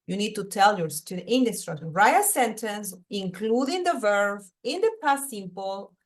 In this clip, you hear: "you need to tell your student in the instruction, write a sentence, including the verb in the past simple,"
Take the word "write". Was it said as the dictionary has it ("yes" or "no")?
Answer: no